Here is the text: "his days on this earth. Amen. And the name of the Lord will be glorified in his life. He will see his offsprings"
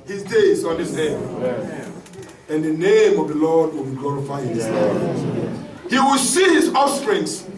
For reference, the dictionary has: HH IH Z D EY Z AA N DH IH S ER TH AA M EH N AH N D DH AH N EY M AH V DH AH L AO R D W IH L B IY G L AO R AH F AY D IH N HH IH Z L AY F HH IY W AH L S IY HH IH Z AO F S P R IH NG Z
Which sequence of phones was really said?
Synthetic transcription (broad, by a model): HH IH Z D EY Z AA N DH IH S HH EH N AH N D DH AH N EY M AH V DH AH L AO D W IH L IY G L AO R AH F AY IH N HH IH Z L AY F HH IY W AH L S IY HH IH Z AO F S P R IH NG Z